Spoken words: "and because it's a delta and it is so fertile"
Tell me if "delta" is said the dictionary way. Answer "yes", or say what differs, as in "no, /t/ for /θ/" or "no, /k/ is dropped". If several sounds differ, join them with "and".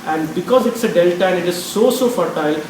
yes